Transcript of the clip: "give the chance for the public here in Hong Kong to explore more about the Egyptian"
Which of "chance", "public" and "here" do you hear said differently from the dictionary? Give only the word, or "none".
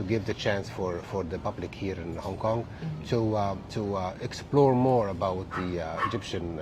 none